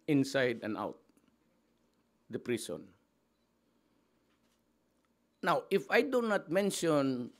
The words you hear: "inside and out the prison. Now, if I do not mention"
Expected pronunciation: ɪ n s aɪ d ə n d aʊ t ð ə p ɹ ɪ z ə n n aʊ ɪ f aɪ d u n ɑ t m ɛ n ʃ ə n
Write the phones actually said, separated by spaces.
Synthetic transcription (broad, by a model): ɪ n s aɪ d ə n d aʊ t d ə p ɹ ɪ s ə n n aʊ ɪ f aɪ d u n ɑ t m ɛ n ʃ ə n